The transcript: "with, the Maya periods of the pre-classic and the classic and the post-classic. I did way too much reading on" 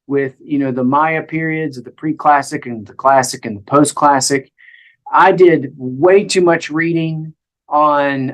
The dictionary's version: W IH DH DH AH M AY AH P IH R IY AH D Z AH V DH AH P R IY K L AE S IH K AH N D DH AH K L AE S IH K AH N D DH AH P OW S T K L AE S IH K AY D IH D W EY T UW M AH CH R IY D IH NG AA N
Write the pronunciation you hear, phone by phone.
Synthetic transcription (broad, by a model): W IH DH DH AH M AY AH P IH R IY AH D Z AH V DH AH P R IY K L AE S IH K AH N DH AH K L AE S IH K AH N DH AH P OW S K L AE S IH K AY D IH D W EY T UW M AH CH R IY D IH NG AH N